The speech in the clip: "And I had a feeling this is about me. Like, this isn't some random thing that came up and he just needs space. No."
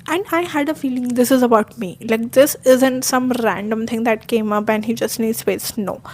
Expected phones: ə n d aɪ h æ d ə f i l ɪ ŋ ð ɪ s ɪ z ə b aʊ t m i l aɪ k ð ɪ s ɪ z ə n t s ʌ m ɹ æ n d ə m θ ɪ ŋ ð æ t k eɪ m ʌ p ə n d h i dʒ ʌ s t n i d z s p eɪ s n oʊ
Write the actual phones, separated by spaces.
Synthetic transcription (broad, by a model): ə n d aɪ h æ d ə f i l ɪ ŋ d ɪ s ɪ z ə b aʊ t m i l aɪ k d ɪ s ɪ z ə n t s ʌ m ɹ æ n d ə m t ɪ ŋ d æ t k eɪ m ʌ p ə n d h i dʒ ʌ s t n i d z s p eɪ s n oʊ